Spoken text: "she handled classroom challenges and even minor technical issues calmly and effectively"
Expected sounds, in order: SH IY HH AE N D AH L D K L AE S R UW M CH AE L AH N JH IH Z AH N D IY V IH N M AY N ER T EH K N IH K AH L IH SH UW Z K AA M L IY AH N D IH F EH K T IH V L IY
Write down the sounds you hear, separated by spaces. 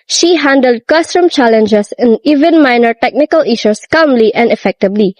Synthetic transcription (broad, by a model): SH IY HH AE N D AH L D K AH S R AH M CH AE L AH N JH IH S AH N IY V IH N M AY N ER T EH K N IH K AH L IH SH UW S K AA M L IY AH N D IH F EH K T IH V L IY